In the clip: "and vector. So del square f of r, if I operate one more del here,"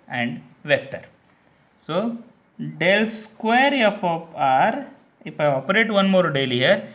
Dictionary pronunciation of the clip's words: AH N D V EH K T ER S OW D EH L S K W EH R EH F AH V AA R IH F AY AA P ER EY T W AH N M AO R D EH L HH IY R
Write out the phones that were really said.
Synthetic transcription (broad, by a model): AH N D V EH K T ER S OW D EH L S K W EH R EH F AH P AA R IH F AY AA P ER EY T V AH N M AO R D EH L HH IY R